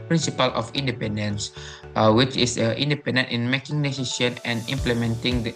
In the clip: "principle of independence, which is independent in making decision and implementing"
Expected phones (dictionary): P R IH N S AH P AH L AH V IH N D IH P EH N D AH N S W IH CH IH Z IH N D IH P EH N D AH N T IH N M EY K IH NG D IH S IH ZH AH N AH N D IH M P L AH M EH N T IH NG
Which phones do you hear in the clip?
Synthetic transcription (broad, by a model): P R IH N S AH P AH L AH F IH N D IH P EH N D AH N S W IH CH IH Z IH N D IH P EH N D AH N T IH N M EY K IH NG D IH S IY S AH N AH N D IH M P L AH M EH N T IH NG